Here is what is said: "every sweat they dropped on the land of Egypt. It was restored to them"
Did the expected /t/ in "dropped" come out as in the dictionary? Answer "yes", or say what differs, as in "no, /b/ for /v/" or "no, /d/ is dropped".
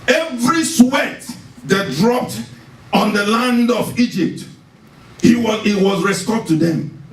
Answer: yes